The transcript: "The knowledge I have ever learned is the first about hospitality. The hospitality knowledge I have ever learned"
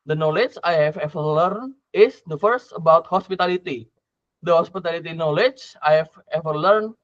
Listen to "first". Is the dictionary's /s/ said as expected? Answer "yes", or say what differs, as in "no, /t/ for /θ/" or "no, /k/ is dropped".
yes